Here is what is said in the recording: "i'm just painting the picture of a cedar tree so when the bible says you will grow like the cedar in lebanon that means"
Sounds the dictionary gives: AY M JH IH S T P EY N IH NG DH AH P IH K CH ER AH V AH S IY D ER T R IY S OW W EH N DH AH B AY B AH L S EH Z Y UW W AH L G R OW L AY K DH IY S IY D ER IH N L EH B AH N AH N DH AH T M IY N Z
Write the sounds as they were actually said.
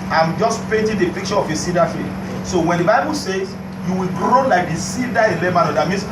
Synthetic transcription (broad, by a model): AY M JH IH S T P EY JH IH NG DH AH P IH K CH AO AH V AH S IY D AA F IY S OW W EH N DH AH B AY B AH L S EH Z Y UW W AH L G R OW L AY K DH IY S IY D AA IH N L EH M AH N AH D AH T M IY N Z